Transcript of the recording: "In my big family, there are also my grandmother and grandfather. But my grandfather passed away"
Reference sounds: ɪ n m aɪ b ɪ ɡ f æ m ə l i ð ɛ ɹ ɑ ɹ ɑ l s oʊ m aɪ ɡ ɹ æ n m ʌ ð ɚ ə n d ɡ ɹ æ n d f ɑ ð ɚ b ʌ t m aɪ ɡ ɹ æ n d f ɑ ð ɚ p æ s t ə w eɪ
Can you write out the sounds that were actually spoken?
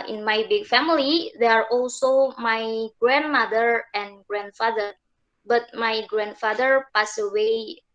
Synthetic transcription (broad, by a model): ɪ n m aɪ b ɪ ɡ f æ m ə l i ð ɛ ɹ ɑ ɹ ɑ l s oʊ m aɪ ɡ ɹ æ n m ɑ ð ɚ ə n ɡ ɹ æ n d f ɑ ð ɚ b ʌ t m aɪ ɡ ɹ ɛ n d f ɑ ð ɚ p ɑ s ə w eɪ